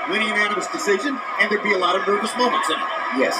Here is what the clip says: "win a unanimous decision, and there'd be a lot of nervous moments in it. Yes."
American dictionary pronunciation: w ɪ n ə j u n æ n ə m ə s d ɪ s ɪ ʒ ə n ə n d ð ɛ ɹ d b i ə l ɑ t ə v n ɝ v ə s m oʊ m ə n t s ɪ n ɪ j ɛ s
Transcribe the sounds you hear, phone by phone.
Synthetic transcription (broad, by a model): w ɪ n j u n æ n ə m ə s d ɪ s ɪ ʒ ə n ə n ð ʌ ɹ b i ə l ɑ t ə v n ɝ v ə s m oʊ m ə n t s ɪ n j ɛ s